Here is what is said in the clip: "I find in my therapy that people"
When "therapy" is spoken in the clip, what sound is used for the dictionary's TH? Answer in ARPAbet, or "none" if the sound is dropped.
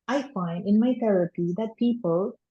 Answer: T